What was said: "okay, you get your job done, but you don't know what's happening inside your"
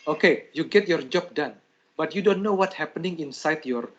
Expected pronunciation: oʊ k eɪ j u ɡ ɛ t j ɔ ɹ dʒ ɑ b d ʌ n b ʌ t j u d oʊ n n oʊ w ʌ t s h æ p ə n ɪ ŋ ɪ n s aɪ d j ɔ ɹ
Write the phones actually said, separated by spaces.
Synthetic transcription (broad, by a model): oʊ k eɪ j u ɡ ɛ t j ɔ ɹ dʒ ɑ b d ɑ n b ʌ t j u d oʊ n n oʊ w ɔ t h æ p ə n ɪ ŋ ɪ n s aɪ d j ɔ ɹ